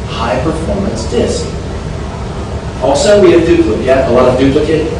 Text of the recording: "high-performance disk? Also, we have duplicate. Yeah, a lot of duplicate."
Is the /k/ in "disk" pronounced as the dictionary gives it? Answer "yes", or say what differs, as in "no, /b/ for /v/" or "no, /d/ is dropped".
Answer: yes